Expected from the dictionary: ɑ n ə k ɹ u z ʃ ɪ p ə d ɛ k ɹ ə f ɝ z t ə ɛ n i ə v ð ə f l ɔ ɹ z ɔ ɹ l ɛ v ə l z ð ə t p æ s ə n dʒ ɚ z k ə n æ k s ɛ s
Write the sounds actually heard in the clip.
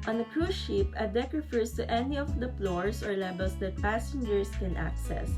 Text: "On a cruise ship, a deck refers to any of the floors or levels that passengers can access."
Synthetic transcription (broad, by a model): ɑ n ə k ɹ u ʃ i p ə d ɛ k ɹ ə f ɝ s t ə ɛ n i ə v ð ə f l ɔ ɹ s ɔ ɹ l ɛ b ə l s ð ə t p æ s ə n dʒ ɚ s k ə n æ k s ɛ s